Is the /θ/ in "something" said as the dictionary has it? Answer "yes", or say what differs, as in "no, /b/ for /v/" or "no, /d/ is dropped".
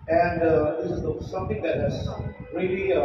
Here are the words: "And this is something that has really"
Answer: no, /t/ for /θ/